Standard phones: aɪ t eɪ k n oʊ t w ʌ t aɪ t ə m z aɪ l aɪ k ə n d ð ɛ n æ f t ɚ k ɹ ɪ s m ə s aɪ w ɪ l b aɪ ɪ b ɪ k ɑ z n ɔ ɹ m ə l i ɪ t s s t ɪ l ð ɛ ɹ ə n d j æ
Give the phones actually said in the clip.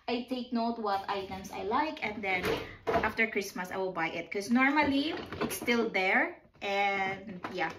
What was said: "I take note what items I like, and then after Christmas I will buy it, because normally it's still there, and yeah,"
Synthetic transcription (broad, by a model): aɪ t eɪ k n oʊ t w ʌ t aɪ t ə m s aɪ l aɪ k ə n d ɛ n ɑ f t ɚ k ɹ ɪ s m ə s aɪ w ɪ l b aɪ ɪ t k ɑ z n ɔ ɹ m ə l i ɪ t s s t ɪ l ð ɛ ɹ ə n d j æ